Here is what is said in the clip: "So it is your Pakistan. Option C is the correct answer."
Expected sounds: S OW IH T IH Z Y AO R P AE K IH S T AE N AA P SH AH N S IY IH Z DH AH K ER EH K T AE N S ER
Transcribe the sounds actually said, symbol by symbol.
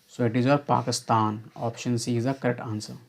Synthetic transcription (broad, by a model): S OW IH T IH Z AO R P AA K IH S T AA N AA P SH AH N S IY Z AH K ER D T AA N S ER